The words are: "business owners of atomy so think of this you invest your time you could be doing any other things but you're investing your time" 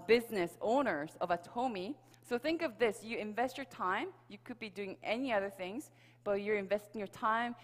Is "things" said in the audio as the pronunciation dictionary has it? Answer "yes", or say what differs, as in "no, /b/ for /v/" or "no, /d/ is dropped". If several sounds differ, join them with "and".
yes